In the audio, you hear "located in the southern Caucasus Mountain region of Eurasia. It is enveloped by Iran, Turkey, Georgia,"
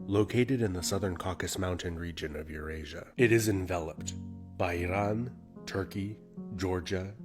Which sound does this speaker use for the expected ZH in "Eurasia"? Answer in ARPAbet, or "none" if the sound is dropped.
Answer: ZH